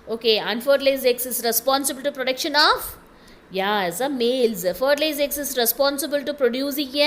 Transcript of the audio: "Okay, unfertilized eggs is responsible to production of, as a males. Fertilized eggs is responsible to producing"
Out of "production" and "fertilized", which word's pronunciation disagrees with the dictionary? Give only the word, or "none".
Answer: fertilized